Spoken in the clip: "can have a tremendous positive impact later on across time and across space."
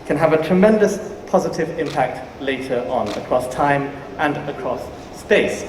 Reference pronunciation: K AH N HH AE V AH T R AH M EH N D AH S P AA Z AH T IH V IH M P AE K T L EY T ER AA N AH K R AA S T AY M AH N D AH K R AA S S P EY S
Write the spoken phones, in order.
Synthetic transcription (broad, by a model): K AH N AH V AH T R AH M EH N D AH S P AA Z AH T IH V IH M P AE K T L EY T ER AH N AH K R AA S T AY M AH N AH K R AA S S P EY S